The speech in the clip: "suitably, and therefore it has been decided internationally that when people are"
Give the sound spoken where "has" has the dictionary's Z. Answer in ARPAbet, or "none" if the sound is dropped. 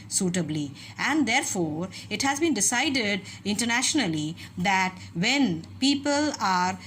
Z